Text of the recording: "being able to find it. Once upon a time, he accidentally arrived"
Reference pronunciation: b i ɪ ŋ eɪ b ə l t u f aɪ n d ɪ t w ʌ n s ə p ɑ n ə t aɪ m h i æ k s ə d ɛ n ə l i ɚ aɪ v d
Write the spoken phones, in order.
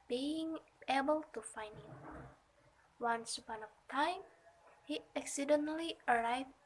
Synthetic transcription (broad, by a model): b i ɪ ŋ eɪ b ə l t u f aɪ n d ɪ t w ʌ n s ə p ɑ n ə t aɪ m h i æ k s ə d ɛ n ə l i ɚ aɪ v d